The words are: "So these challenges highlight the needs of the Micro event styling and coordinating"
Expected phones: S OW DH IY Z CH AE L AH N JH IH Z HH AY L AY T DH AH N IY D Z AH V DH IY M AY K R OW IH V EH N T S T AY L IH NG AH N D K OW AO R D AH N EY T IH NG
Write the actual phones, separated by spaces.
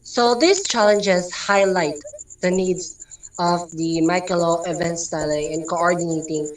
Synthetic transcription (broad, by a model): S OW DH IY S CH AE L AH N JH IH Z HH AY L AY T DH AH N IY D S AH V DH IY M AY K L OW IH V EH N T S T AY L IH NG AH N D K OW AO R D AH N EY T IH NG